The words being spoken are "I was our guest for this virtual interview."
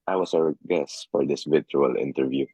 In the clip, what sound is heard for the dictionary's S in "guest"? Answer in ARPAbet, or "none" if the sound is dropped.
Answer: S